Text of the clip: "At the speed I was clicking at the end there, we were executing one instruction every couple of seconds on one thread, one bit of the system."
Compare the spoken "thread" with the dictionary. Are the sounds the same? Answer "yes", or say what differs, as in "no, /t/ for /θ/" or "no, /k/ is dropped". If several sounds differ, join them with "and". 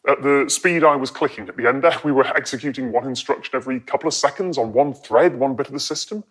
yes